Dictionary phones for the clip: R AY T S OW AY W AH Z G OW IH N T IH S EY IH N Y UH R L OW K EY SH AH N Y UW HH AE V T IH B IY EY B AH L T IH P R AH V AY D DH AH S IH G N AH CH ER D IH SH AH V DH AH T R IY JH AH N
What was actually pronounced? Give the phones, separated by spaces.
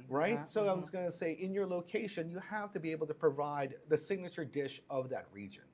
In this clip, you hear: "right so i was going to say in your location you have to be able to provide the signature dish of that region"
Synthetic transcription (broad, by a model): R AY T S OW AY W AH Z G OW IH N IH S EY IH N Y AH R L OW K EY SH AH N Y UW HH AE F T IH B IY EY B L T IH P R AH V AY D DH AH S IH G N AH CH ER D IH SH AH V DH AH T R IY JH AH N